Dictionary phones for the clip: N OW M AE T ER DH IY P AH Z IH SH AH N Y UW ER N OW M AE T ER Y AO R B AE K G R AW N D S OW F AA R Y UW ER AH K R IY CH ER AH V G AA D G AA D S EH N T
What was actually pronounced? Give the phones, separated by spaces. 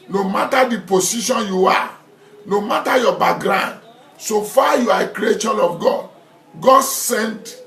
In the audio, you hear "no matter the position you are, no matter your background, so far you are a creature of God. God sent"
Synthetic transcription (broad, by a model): N OW M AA T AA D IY P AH S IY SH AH N Y UW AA N OW M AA T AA Y AO B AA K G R AW N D S OW F AA Y UW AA AH K R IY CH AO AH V G AA D G AA D S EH N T